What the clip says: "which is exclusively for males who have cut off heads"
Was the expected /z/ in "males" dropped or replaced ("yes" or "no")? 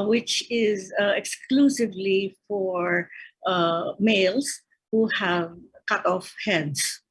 yes